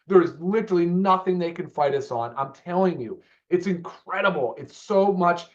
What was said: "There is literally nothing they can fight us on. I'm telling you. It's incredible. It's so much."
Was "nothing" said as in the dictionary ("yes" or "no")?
yes